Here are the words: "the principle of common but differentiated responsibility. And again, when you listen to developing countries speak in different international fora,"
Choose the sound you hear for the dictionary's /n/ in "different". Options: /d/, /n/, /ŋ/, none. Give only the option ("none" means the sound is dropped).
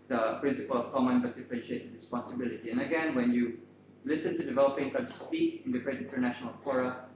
none